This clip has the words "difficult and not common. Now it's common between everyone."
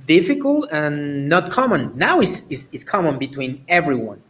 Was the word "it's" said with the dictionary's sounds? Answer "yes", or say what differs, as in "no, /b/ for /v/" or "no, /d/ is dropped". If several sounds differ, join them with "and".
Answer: no, /s/ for /t/